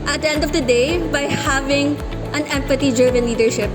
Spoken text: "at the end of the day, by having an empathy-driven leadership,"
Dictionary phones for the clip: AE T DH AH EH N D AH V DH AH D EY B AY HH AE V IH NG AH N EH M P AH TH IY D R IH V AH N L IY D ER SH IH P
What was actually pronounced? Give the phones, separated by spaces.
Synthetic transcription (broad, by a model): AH T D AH EH N D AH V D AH D EY B AY HH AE V IH NG AH N EH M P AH T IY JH R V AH N L IY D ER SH IH P